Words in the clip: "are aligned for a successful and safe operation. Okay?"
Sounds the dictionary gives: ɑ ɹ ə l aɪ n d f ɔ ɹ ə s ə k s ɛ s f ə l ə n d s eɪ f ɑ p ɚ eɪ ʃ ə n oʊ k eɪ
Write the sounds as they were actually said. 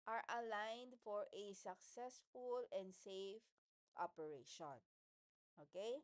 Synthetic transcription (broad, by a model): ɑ ɹ ə l aɪ n d f ɔ ɹ ə s ə k s ɛ s f ə l ə n d s eɪ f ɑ p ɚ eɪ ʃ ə n oʊ k eɪ